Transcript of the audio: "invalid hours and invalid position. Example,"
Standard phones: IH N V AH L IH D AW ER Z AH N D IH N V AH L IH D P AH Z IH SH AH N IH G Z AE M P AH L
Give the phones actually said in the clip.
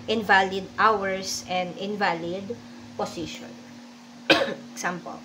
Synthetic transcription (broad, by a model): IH N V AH L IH D AW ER S AH N D IH N V AH L IH D P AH S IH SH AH N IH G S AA M P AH L